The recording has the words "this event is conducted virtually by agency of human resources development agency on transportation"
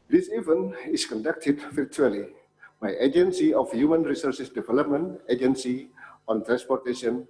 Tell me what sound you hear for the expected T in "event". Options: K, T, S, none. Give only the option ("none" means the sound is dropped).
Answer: none